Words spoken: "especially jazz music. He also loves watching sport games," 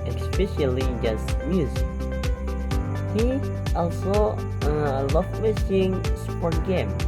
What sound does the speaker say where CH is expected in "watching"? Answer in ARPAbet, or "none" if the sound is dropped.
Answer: S